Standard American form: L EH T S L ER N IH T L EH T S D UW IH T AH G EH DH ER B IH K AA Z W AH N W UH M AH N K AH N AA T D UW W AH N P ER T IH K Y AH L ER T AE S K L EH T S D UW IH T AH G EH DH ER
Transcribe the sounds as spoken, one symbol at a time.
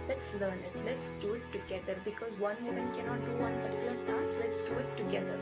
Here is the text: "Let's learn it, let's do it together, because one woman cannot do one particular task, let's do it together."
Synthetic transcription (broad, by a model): L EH T S L ER N IH T L EH T S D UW IH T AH G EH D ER B IH K AA Z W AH N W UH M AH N K AH N AA T D UW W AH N B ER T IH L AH N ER S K L EH T S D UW IH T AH G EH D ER